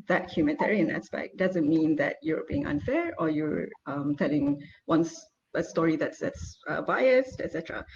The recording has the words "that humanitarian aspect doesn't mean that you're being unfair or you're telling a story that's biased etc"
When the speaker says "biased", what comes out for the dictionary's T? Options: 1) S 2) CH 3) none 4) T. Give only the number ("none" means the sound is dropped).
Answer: 4